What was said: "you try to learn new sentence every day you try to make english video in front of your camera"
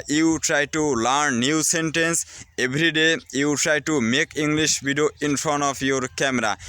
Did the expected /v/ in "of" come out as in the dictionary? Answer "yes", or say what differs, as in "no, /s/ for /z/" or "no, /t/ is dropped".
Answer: no, /p/ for /v/